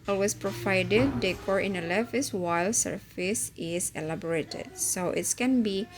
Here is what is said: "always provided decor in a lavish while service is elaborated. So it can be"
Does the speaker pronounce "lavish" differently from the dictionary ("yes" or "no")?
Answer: yes